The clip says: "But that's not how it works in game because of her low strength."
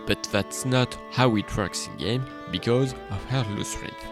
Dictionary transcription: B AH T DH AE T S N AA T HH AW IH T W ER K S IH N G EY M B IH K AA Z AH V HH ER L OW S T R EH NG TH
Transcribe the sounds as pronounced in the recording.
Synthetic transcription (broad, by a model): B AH T DH AE T S N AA T HH AW IH T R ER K S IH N G EY M B IH K AA Z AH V HH ER L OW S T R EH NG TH